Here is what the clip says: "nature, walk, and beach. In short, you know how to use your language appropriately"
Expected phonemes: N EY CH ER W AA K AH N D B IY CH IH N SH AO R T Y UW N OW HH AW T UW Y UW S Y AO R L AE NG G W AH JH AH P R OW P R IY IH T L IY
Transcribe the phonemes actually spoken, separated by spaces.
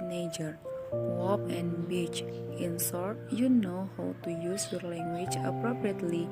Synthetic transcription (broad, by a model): N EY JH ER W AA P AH N B IY CH IH N S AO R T Y UW N OW HH AW T UW Y UW S Y AO R L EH NG G W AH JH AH P R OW P R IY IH T L IY